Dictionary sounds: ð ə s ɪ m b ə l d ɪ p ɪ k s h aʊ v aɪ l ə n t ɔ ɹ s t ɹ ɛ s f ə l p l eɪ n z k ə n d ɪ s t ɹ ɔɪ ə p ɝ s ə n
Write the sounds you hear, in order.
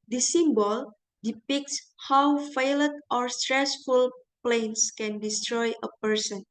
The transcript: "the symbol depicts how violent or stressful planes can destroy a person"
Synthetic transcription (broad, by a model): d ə s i m b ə l d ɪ p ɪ k s h aʊ f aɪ l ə t ɔ ɹ s t ɹ ɛ s f ə l p l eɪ n s k ə n d ɪ s t ɹ ɔɪ ə p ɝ s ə n